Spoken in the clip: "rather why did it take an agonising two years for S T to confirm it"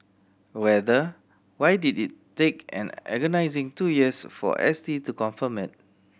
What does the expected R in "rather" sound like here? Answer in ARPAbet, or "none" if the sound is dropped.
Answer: W